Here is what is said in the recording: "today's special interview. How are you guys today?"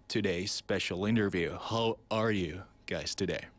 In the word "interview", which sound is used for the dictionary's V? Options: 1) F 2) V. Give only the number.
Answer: 2